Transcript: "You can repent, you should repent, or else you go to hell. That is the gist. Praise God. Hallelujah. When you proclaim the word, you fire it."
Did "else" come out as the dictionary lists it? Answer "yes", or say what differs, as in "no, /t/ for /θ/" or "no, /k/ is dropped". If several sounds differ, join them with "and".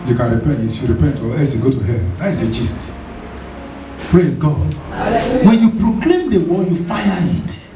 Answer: no, /l/ is dropped